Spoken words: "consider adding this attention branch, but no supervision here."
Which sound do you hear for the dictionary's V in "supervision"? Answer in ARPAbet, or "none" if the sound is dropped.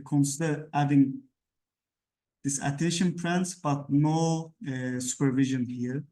V